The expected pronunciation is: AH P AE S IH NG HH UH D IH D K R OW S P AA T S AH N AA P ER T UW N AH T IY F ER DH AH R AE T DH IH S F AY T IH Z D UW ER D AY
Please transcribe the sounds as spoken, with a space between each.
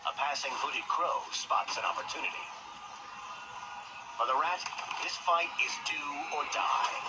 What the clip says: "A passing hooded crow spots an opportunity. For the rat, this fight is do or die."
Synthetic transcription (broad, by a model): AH P AE S IH NG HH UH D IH D K R OW S P AA T S AH N AA P ER T UW N AH T IY F ER DH AH R AE T DH IH S F AY T IH Z D UW ER D AY